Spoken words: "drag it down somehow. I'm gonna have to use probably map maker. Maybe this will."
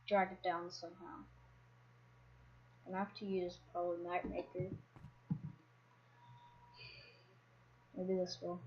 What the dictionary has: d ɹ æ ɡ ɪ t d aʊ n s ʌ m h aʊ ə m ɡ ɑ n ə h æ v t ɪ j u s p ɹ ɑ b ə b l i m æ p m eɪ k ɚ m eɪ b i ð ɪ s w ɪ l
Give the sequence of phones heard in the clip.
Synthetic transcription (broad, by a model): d ɹ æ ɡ ɪ t d aʊ n s ʌ m h aʊ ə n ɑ ə h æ f t ɪ j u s p ɹ ɑ b ə b l i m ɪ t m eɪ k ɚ m eɪ b i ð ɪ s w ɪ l